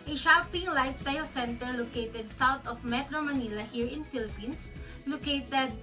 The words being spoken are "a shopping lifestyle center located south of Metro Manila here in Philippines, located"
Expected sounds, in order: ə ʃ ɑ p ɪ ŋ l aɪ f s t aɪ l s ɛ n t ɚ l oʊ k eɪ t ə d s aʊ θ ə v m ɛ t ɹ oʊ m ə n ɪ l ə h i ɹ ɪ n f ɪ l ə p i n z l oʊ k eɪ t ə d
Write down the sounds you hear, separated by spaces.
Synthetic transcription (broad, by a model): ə ʃ ɑ p ɪ ŋ l aɪ f s t aɪ l s ɛ n t ɚ l oʊ k eɪ t ə d s aʊ t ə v m ɛ t ɹ oʊ m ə n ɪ l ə h i ɹ ɪ n f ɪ l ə p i n s l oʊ k eɪ t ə d